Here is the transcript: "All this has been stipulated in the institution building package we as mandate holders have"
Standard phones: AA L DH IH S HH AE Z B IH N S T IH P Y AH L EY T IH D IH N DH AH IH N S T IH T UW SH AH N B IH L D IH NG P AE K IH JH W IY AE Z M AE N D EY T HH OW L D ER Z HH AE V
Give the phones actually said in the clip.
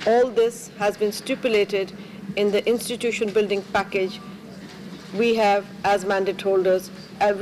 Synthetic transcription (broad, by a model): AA L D IH S HH AE Z B IH N S T IH P Y AH L EY T IH D IH N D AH IH N S T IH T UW SH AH N B IH L D IH NG P AE K IH JH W IY AE Z M AE N D EY T HH OW L D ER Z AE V